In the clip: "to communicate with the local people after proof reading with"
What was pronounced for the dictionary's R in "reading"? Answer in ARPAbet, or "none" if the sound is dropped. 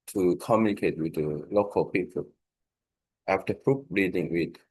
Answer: R